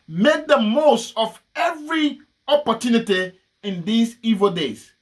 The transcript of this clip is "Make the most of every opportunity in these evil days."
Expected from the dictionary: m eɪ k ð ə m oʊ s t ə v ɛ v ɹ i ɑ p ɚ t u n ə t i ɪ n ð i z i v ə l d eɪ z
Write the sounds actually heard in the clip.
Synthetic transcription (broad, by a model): m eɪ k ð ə m oʊ s t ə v ɛ v ɹ i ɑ p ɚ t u n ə t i ɪ n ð i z i v ə l d eɪ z